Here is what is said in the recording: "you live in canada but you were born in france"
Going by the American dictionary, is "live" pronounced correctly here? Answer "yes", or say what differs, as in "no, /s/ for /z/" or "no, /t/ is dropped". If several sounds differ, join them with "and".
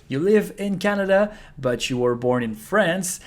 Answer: yes